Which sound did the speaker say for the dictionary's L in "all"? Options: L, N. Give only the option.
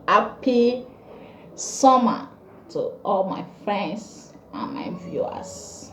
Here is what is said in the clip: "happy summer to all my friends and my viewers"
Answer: L